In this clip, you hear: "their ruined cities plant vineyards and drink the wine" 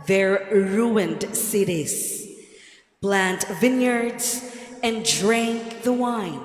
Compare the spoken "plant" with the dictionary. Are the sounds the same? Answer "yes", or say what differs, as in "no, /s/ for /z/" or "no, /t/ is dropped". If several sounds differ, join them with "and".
no, /b/ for /p/